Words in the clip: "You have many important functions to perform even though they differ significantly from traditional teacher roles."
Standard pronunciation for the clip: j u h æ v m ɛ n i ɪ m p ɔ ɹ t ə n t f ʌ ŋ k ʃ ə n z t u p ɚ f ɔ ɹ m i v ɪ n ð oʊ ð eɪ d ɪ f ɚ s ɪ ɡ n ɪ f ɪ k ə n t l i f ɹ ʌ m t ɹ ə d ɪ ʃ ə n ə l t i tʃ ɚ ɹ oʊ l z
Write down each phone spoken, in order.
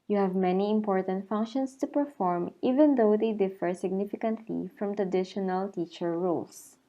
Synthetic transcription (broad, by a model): j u h æ v m ɛ n i ɪ m p ɔ ɹ t ə n t f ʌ ŋ k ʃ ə n s t u p ɚ f ɔ ɹ m i v ɪ n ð oʊ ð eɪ d ɪ f ɚ s ɪ ɡ n ɪ f ɪ k ə n t l i f ɹ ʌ m t ɹ ə d ɪ ʃ ə n ə l t i tʃ ɚ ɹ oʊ l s